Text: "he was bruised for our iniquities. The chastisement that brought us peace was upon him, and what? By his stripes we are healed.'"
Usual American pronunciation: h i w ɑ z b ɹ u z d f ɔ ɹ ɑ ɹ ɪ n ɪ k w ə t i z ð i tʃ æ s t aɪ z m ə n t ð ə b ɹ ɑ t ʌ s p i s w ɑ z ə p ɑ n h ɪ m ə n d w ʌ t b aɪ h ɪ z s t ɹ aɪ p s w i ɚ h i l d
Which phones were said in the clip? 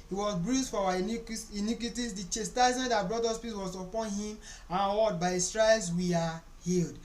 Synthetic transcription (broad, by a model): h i w ɑ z b ɹ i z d f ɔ w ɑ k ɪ n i k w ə t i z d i tʃ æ s t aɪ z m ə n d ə b ɹ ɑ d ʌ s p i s w ɑ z ə p ɑ n h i m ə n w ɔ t b aɪ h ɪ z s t ɹ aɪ s w i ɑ h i l d